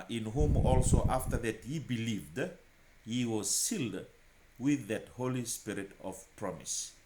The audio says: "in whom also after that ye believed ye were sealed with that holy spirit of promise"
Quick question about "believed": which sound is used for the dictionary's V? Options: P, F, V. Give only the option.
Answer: V